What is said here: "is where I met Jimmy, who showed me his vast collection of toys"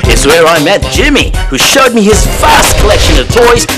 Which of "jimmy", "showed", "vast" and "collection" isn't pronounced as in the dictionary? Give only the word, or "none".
vast